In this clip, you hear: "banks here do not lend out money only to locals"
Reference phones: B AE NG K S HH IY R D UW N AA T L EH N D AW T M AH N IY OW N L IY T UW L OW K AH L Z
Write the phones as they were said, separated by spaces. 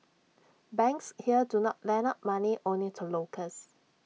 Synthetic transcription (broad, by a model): B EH NG K S HH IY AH D UW N AA T L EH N AW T M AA N IY OW N L IY T UW L OW K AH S